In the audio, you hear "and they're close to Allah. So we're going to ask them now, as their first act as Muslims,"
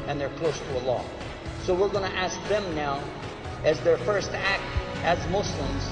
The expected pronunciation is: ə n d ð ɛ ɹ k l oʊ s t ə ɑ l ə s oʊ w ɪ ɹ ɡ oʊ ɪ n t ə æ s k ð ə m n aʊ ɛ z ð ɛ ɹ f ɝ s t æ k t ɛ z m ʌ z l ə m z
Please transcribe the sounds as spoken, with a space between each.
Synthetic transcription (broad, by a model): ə n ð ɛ ɹ k l oʊ s t ə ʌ l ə s oʊ w ɪ ɹ ɡ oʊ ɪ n t æ s k ð ə m n aʊ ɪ z ð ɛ ɹ f ɝ s t æ k t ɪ z m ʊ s l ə m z